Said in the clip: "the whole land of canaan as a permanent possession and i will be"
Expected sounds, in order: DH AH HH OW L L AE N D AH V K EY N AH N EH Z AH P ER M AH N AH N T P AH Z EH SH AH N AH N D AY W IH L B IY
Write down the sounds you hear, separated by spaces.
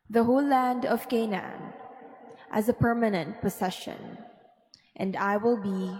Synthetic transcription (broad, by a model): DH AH HH OW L L AE N D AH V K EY N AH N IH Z AH P ER M AH N AH N T P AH S EH SH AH N AH N D AY W IH L B IY